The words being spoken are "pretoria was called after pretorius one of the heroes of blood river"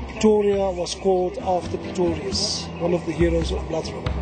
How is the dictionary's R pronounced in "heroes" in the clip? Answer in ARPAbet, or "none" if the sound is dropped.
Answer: R